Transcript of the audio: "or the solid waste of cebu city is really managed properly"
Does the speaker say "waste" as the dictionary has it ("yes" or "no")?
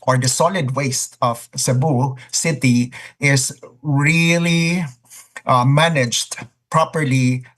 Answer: yes